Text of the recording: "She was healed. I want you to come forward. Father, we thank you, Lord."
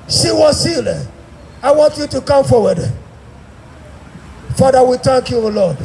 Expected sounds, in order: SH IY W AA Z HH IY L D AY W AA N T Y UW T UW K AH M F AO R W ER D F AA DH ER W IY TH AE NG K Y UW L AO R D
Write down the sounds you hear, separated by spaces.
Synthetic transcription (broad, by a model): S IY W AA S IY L AY W AA N T Y UW T UW K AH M F AO W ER D F AA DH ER W IY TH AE NG K Y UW L AO D